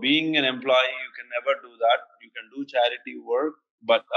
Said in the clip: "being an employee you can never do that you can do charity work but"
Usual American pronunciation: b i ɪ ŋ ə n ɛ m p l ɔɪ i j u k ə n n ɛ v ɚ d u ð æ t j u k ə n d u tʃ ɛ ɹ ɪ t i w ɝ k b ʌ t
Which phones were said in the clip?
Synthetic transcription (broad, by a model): b i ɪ ŋ ə n ɛ m p l ɔɪ i j u k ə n n ɛ v ɚ d u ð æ t j u k ə n d u tʃ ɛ ɹ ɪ t i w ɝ k b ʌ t